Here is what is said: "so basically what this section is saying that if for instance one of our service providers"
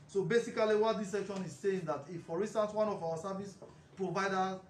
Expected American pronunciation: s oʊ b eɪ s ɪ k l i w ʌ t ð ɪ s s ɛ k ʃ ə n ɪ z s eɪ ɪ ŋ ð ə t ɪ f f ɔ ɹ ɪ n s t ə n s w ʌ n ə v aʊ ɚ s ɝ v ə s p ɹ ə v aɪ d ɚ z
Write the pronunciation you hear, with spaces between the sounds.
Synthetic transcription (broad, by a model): s oʊ b eɪ s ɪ k l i w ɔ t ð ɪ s s ɛ k ʃ ə n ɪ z s eɪ ɪ ŋ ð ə t ɪ f f ɔ ɹ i n s t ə n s w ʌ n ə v aʊ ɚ s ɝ v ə s p ɹ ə v aɪ d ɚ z